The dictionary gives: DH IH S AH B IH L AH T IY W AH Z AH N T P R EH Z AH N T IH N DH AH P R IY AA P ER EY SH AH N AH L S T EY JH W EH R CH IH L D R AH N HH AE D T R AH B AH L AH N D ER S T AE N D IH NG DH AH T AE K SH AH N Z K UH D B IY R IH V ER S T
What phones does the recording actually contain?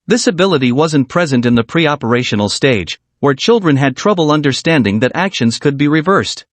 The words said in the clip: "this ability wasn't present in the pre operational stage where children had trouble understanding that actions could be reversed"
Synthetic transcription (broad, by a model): DH IH S AH B IH L AH T IY W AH Z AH N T P R EH Z AH N T IH N DH AH P R IY AA P ER EY SH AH N L S T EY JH W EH R CH IH L D R AH N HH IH D T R AH B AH L AH N D ER S T AE N D IH NG DH AH T AE K SH AH N Z K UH D B IY R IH V ER S T